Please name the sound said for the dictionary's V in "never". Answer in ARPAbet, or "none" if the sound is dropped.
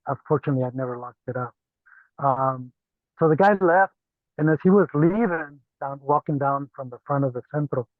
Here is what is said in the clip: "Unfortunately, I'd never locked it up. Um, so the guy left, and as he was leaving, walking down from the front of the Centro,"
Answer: V